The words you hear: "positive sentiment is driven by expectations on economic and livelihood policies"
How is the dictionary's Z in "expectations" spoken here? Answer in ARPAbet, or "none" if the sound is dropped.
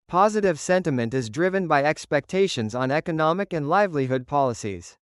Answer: Z